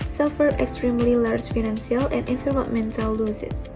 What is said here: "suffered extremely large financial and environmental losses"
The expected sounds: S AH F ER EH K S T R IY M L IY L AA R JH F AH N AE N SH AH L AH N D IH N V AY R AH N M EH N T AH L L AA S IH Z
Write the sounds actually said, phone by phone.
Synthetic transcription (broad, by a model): S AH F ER EH K S T R IY M L IY L AA R JH F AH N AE N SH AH L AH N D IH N F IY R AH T M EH N T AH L L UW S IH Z